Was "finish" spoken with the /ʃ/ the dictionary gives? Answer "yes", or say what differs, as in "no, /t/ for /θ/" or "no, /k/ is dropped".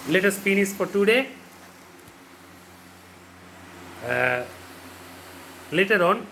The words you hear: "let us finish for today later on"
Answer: no, /s/ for /ʃ/